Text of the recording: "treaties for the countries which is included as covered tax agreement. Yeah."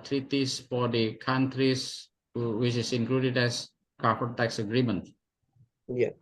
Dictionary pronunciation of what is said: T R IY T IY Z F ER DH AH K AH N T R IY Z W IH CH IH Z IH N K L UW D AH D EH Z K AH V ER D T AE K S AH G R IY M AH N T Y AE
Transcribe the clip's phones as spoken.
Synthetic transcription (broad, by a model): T R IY T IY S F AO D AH K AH N T R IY S W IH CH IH S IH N K L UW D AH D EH S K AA F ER T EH K S AH G R IY M AH N T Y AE